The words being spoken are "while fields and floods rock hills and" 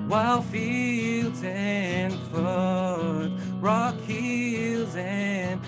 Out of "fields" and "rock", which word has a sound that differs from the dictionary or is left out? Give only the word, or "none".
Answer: none